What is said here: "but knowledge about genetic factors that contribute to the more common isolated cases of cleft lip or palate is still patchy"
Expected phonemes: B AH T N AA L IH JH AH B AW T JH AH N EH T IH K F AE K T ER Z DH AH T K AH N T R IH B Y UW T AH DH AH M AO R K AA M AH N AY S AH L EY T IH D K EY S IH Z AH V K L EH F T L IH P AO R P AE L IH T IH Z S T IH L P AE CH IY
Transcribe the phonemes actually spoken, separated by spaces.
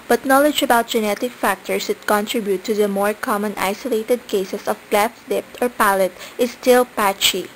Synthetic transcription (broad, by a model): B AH T N AA L IH JH AH B AW T JH AH N EH T IH K F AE K T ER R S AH T K AH N T R IH B Y UW T AH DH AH M AO R K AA M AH N AY S AH L EY T IH D K EY S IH S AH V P L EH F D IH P AO R P AE L IH T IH S T IH L P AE CH IY